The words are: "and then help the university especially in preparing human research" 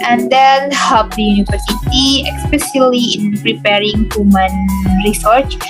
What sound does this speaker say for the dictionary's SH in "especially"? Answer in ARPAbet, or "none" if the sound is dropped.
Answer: S